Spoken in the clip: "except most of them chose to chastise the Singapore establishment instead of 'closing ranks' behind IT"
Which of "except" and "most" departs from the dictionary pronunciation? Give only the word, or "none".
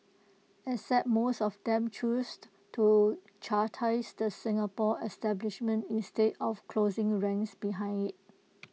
except